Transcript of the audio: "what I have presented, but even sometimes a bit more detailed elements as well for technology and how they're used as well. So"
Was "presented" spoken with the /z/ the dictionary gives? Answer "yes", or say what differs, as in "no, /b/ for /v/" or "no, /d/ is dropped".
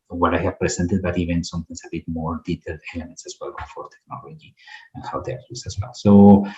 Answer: no, /s/ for /z/